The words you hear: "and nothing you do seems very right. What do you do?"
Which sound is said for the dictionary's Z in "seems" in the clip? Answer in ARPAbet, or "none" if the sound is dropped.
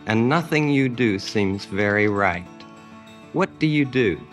Z